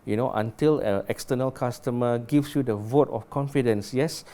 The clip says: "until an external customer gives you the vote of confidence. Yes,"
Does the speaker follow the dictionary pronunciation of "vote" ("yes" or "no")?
yes